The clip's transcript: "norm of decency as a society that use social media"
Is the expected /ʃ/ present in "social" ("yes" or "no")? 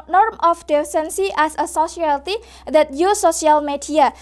no